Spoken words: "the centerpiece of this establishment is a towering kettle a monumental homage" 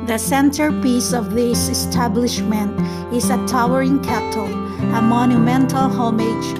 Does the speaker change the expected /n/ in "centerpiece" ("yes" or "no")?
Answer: no